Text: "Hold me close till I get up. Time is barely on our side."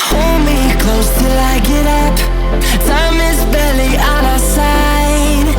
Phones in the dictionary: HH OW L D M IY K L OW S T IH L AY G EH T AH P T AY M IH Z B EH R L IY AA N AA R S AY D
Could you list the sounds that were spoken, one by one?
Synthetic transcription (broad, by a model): HH OW L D M IY K L OW S T IH L AY G EH T AH P S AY M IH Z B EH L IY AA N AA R S AY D